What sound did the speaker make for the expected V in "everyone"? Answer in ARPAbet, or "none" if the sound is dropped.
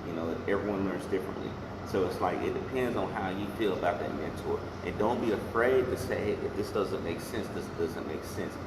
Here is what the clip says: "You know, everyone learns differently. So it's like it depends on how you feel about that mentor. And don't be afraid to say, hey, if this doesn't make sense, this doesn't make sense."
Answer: V